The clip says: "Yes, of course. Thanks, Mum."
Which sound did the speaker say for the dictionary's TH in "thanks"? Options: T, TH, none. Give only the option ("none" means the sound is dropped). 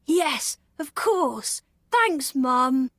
TH